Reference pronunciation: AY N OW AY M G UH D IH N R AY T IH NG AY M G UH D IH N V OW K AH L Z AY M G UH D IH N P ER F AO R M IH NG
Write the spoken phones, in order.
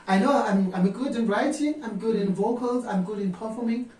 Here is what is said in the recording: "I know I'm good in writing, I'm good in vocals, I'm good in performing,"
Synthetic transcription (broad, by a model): AY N OW AY M G UH D IH N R AY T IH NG AY M G UH D IH N V OW K AH L Z AY M G UH D IH N P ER F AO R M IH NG